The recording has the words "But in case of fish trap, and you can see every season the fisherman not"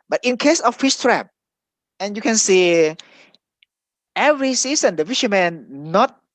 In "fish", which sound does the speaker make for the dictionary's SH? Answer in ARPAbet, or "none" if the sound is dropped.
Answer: S